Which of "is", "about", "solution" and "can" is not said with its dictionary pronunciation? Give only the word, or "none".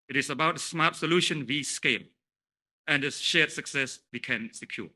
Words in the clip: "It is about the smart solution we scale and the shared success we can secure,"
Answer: is